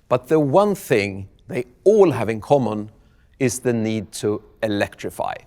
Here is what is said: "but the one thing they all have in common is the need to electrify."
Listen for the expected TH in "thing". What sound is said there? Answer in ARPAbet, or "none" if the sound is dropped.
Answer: TH